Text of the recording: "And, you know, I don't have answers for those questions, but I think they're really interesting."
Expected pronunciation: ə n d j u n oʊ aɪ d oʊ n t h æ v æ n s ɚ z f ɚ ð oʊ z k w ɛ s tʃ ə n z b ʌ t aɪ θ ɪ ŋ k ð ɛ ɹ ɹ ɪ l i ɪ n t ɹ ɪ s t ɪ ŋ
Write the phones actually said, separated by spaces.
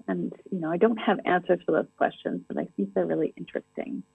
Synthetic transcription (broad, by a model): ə n j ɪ n oʊ aɪ d oʊ n t h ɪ v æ n s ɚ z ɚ ð oʊ z k w ɛ s tʃ ə n z b ʌ t aɪ θ ɪ ŋ k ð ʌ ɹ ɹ ɪ l i ɪ n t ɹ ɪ s t ɪ ŋ